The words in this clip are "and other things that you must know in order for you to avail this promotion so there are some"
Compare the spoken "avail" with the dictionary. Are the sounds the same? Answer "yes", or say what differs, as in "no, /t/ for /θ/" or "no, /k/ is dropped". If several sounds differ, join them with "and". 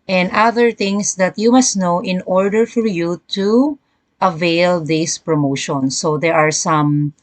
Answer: yes